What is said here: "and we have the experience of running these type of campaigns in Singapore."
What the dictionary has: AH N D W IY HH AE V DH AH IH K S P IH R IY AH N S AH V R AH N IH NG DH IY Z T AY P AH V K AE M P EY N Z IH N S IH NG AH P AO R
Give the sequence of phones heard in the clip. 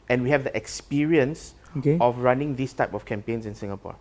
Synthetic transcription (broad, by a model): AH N W IY HH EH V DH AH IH K S P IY R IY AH N S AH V R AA N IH NG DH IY S T AY P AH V K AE M P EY N S IH N S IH NG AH P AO